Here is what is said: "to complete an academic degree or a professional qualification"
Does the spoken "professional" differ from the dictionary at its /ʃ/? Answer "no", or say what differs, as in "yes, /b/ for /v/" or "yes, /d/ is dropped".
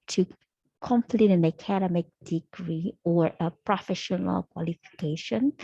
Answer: no